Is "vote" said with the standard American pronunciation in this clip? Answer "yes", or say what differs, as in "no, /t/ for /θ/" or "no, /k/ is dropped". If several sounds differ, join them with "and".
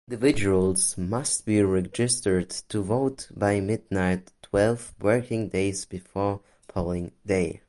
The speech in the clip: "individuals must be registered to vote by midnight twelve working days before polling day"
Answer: yes